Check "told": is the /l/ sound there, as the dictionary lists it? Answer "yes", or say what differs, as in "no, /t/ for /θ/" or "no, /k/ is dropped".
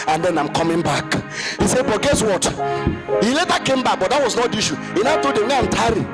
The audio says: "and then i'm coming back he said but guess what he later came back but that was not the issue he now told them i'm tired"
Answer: no, /l/ is dropped